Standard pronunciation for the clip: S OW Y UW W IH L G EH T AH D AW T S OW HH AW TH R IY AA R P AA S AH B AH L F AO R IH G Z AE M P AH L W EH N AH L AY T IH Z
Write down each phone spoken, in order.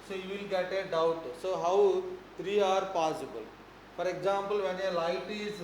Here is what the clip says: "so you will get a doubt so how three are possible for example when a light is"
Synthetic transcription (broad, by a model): S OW Y UW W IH L G EH T AH D AW T S OW HH AW T R IY AA R P AA S AH B AH L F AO R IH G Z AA M P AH L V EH N AH L AY T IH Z